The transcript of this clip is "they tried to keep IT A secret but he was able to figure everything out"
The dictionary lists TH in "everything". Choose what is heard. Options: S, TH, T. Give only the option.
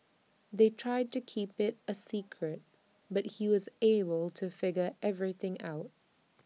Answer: TH